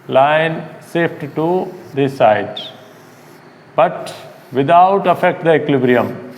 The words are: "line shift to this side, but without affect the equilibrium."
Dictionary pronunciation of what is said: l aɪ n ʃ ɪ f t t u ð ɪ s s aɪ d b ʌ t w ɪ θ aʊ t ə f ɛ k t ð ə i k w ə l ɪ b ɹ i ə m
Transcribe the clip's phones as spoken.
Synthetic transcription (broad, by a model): l aɪ n s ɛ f t t u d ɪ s s aɪ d b ʌ t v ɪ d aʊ t ə f ɛ k t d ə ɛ k l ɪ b ɹ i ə m